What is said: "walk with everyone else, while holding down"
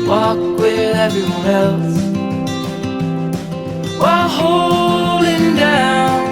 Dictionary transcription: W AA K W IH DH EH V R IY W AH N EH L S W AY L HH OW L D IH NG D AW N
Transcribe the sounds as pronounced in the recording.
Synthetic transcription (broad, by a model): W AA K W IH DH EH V IY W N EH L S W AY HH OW L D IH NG D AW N